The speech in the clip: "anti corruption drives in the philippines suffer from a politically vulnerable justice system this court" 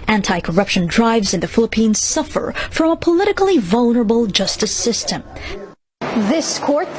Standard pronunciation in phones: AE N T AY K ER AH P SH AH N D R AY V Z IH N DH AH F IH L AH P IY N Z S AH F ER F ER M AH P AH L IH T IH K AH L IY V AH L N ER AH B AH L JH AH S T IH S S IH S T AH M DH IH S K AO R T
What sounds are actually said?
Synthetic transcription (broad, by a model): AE N T AY K ER AH P SH AH N D R AY V Z IH N DH AH F IH L AH P IY N Z S AH F ER F ER M AH P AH L IH T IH K L IY V AH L N ER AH B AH L JH AH S T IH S S IH S T AH M DH IH S K AO R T